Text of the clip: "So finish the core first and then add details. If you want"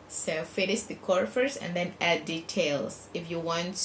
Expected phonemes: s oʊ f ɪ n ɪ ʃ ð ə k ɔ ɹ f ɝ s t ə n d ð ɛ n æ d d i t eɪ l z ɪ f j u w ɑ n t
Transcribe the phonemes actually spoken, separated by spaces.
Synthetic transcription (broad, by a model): s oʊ f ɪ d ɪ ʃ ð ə k ɔ ɹ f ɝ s ə n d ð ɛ n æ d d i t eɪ l s ɪ f j u w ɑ n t